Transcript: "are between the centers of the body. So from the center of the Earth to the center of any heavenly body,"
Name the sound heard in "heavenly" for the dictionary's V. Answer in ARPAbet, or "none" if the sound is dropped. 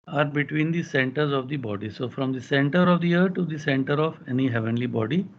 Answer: V